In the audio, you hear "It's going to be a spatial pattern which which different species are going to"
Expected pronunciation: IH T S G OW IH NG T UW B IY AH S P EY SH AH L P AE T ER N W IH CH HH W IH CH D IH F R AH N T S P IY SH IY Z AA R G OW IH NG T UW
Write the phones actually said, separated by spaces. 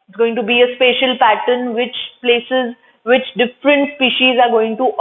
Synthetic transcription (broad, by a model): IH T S G OW IH NG T UW B IY AH S P EY SH AH L P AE T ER N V IH CH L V IH CH D IH F R AH N T S P IY SH IY Z AA R G OW IH NG T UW